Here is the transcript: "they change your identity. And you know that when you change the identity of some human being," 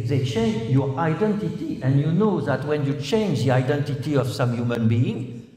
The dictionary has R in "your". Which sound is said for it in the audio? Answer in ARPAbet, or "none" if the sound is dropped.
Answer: R